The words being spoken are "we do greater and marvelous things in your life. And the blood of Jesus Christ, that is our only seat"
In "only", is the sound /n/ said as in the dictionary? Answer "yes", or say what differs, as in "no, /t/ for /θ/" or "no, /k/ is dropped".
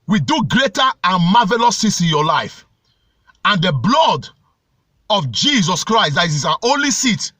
yes